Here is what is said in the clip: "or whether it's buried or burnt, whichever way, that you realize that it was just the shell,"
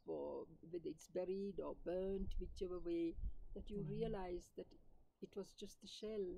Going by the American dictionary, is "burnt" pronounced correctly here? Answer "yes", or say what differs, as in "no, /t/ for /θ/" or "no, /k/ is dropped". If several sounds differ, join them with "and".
yes